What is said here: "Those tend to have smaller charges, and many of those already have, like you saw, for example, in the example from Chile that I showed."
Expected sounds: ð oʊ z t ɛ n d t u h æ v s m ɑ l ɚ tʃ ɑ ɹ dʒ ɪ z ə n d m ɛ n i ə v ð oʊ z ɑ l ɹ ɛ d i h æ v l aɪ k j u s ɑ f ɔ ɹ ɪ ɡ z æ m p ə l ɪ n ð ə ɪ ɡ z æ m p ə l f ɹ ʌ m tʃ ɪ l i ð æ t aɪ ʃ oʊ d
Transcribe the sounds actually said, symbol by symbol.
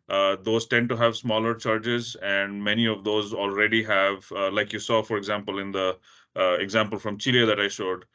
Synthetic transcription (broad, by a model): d oʊ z t ɛ n d t u h æ v s m ɑ l ɚ tʃ ɑ ɹ dʒ ɪ z ə n d m ɛ n i ə v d oʊ z ɑ l ɹ ɛ d i h æ v l aɪ k j u s ɑ f ɔ ɹ ɪ ɡ z æ m p ə l ɪ n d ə ɪ ɡ z æ m p ə l f ɹ ʌ m tʃ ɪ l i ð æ t aɪ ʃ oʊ d